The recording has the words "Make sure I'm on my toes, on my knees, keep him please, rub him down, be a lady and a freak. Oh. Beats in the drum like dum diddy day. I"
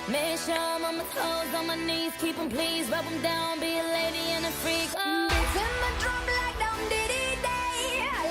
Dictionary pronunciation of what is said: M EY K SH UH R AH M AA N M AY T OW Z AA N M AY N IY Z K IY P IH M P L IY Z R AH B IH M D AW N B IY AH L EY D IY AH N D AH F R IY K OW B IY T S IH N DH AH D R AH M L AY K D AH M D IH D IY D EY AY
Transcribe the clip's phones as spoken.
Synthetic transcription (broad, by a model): M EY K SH AH M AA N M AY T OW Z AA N M AY N IY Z K IY P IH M P L IY Z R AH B IH M D AW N B IY AH L EY D IY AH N AH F R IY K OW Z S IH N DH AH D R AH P L AY K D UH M D IH D IY D EY